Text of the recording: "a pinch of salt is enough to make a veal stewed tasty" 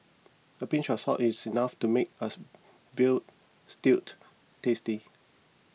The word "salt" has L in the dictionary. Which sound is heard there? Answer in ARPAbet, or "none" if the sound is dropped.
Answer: none